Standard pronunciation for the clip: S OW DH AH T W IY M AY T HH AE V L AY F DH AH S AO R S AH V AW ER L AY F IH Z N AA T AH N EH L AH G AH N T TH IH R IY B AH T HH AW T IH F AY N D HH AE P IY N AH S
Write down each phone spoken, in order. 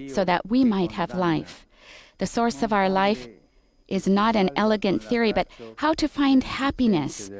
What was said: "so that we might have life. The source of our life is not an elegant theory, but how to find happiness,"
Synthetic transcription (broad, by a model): S OW DH AH T W IY M AY T HH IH V L AY F DH AH S AO R S AH V AW ER L AY F IH Z N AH T AH N EH L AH G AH N TH IH R IY B AH T HH AW T IH F AY N D HH AE P IY N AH S